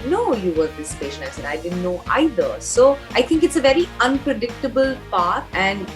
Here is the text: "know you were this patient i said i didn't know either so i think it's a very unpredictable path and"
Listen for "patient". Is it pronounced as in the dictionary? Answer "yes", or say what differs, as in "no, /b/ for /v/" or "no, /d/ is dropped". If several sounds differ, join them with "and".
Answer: no, /t/ is dropped